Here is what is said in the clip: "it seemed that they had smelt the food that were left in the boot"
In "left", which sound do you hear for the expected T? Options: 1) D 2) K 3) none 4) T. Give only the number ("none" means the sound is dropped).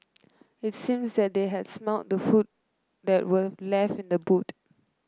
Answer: 3